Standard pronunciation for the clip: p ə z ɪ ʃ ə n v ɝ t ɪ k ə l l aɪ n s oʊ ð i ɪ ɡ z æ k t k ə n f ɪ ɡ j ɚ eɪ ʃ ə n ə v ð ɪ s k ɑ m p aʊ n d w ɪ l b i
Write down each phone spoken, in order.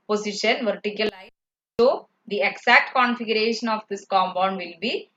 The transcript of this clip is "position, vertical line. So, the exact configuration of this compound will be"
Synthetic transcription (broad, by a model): p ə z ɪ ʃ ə n v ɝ t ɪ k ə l l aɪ s oʊ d i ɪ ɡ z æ k t k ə n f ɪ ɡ j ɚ eɪ ʃ ə n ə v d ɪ s k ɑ m b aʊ n d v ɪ l b i